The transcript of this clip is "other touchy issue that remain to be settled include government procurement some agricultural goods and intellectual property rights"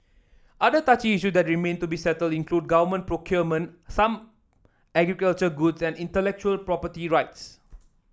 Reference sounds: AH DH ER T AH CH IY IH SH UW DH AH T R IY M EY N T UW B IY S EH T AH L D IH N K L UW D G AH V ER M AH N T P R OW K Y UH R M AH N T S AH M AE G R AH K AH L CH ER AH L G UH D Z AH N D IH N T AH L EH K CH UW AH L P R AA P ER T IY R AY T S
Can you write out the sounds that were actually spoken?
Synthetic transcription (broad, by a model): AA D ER T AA CH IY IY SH UW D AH T R IY M EY N T UW B IY S EH T AH L D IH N K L UW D G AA V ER M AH N P R OW K Y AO M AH N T S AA M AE G R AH K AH L CH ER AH G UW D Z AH N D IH N T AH L EH K CH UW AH L P R AA P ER T IY R AY T S